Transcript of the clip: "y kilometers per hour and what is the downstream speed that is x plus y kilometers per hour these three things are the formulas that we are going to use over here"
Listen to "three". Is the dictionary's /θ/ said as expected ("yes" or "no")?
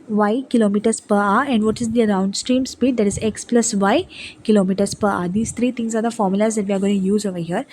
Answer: no